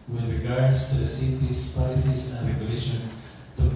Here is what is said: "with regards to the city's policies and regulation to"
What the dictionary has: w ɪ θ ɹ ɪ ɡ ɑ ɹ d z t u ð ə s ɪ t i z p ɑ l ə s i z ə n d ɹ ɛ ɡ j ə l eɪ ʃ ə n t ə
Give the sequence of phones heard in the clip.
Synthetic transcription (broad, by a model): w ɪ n ɹ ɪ ɡ ɑ ɹ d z t u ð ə s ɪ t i s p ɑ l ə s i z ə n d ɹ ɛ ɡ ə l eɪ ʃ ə n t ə